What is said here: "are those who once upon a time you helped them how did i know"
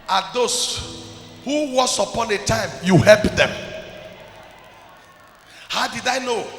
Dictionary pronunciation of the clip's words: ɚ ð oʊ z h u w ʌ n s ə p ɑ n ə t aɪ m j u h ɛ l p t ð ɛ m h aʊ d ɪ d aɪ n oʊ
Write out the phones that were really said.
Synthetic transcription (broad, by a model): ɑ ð oʊ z h u w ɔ s ə p ɑ n ə t aɪ m j u h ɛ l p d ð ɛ m h aʊ d ɪ d aɪ n oʊ